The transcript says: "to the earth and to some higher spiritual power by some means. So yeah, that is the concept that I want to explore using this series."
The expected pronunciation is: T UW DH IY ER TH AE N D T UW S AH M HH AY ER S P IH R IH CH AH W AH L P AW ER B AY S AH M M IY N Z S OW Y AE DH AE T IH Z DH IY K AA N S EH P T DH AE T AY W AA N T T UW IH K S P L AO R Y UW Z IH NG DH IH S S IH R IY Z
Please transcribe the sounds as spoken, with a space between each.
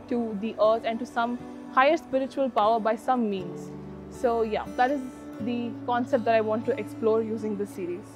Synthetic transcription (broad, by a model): T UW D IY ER T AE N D T UW S AH M HH AY ER S P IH R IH CH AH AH L P AW ER B AY S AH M M IY N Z S OW Y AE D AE T IH Z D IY K AA N S EH P T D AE T AY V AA N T T UW IH K S P L AO R Y UW Z IH NG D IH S S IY R IY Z